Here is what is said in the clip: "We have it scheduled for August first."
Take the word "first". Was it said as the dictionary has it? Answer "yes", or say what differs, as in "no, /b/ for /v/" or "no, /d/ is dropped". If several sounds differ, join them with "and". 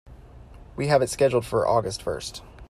yes